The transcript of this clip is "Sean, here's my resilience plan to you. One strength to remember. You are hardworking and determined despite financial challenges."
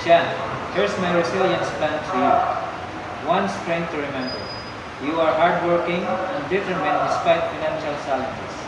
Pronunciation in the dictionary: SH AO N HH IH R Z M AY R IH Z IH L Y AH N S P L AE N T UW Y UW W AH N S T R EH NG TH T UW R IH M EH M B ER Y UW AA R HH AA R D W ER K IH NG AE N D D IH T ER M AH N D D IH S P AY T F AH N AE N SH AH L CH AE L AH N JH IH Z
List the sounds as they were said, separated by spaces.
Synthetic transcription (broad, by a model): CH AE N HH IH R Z M AY R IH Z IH L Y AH N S P L AE N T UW Y UW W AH N S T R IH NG T UW R IH M EH M B ER Y UW AA R HH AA R D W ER K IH NG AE N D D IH T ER M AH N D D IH S P AY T F AH N AE N SH AH L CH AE L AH N JH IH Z